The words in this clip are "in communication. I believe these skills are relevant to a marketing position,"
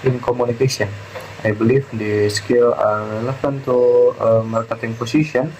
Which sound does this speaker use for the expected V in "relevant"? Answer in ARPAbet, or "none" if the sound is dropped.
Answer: F